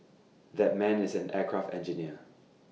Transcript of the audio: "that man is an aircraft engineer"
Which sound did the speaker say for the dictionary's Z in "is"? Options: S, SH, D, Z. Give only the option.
Z